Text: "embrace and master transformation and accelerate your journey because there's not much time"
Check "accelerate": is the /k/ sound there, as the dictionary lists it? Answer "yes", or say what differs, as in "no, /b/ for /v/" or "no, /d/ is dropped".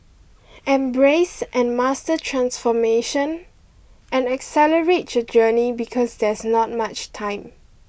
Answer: yes